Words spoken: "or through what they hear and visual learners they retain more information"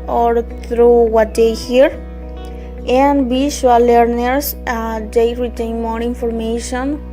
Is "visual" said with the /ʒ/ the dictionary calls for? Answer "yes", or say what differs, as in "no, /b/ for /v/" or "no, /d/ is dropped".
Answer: no, /ʃ/ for /ʒ/